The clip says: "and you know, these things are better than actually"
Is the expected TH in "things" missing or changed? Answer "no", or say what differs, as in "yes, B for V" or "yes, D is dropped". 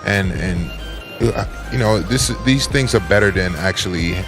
no